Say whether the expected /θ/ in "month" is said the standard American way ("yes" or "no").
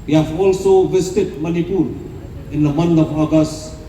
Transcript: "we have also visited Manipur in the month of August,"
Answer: no